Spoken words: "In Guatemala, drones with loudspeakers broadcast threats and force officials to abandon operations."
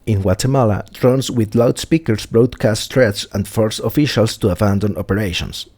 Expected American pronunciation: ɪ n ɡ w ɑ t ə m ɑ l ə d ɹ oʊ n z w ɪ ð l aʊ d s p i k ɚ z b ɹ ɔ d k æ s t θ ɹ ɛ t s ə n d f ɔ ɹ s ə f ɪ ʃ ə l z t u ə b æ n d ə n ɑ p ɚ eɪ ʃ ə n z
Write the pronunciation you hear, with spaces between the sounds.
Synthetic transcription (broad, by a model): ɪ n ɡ w ɑ t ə m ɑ l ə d ɹ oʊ n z w ɪ ð l aʊ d s p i k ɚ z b ɹ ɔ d k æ s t t ɹ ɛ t s ə n d f ɔ ɹ s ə f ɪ ʃ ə l s t u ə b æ n d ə n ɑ p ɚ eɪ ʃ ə n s